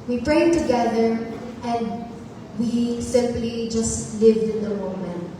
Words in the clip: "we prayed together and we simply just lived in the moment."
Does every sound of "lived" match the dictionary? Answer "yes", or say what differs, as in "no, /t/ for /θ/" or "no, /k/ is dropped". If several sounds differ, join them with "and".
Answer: yes